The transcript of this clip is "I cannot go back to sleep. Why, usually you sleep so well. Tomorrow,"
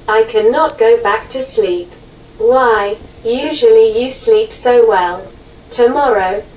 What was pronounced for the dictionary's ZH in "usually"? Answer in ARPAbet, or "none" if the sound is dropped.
ZH